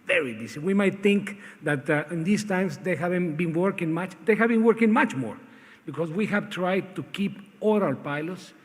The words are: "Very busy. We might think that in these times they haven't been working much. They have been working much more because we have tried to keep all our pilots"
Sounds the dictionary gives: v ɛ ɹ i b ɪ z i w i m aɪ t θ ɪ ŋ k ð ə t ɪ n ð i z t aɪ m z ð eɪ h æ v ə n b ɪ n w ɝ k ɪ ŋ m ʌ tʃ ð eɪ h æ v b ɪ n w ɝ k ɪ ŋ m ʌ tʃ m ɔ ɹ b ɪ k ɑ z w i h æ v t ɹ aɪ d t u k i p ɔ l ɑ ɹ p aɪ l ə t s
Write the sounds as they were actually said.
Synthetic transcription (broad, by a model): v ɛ ɹ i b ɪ s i w i m aɪ t θ ɪ ŋ k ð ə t ɪ n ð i s t aɪ m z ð eɪ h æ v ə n b ɪ n w ɝ k ɪ ŋ m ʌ tʃ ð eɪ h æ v b ɪ n w ɝ k ɪ ŋ m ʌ tʃ m ɔ ɹ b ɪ k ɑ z w i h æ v t ɹ aɪ d t u k i p ɔ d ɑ l p aɪ l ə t s